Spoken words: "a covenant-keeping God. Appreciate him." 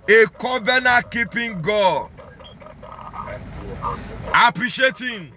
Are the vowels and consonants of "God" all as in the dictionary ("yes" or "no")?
no